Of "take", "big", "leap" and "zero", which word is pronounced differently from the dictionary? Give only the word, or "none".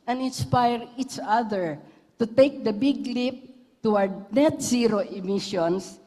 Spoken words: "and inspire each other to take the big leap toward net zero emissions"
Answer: zero